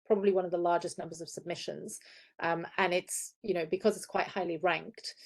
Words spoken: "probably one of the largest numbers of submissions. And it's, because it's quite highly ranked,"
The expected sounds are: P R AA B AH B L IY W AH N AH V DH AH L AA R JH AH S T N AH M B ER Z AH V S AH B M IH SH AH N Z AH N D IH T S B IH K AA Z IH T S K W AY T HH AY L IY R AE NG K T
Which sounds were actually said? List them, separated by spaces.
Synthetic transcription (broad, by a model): P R AA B AH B L IY W AH N AH V DH AH L AA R JH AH S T N AH M B ER Z AH V S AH B M IH SH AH N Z AH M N IH T S B IH K AA Z IH T S K W AY T HH AY L IY R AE NG K T